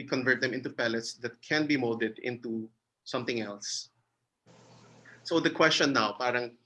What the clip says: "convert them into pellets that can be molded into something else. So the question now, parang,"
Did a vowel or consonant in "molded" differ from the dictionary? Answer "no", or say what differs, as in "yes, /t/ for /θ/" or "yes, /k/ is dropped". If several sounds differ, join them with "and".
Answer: yes, /l/ is dropped